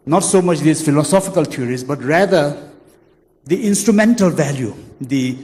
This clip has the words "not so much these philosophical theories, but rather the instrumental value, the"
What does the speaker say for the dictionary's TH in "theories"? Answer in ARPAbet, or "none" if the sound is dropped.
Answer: T